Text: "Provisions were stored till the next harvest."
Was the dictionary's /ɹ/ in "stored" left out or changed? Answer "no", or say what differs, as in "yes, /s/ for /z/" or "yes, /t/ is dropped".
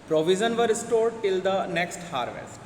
no